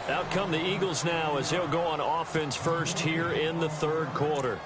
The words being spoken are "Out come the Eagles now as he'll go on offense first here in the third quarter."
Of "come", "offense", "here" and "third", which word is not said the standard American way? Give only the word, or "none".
none